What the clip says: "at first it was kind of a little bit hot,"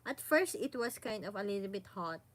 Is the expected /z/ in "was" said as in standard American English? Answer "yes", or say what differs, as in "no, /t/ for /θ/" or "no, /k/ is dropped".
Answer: no, /s/ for /z/